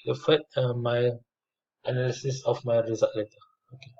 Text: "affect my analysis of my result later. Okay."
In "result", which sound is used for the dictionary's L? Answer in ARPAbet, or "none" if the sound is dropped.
none